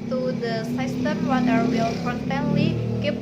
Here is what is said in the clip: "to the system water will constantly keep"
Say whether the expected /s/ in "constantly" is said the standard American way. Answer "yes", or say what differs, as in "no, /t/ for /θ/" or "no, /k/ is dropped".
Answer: no, /s/ is dropped